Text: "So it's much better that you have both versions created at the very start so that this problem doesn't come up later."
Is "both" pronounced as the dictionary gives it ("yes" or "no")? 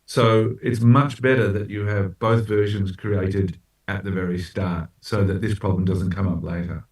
yes